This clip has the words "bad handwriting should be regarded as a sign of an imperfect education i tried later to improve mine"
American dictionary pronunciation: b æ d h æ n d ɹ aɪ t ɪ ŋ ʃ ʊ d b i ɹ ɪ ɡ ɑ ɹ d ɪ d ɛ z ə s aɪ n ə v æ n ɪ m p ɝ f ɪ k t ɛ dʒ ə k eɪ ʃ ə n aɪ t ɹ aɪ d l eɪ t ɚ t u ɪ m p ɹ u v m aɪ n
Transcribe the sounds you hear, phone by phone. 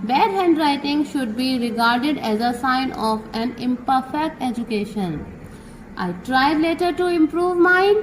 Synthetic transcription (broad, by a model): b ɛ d h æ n d ɹ aɪ t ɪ ŋ ʃ ʊ d b i ɹ ɪ ɡ ɑ ɹ d ɪ d ɛ z ə s aɪ n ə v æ n ɪ m p ɝ f ɪ k t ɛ dʒ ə k eɪ ʃ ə n aɪ t ɹ aɪ d l eɪ t ɚ t u ɪ m p ɹ u v m aɪ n